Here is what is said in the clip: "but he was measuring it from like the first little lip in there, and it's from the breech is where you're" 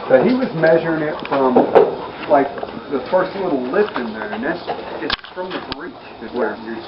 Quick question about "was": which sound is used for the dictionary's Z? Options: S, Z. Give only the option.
Z